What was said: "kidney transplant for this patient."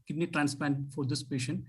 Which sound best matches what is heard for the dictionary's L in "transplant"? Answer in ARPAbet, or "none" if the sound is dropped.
none